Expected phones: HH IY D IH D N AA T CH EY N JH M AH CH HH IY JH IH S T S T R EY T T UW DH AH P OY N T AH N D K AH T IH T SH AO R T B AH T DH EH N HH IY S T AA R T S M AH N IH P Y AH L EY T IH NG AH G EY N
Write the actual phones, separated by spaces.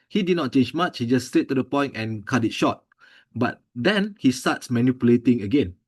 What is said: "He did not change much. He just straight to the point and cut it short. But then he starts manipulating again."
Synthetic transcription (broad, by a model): HH IY D IH D N AA T CH EY N JH M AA CH HH IY JH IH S S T EY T T UW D AH P OY N T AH N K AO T IH T SH AO T B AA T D EH N HH IY S T AA T S M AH N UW P Y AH L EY T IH NG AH G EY N